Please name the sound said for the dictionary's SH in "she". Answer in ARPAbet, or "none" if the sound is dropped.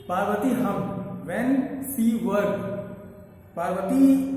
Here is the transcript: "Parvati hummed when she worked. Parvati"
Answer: S